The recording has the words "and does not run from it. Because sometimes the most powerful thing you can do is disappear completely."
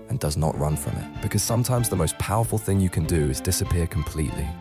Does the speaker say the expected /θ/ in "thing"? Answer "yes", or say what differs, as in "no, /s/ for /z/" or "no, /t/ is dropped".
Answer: yes